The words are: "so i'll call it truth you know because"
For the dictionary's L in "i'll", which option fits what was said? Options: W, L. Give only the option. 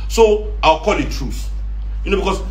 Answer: W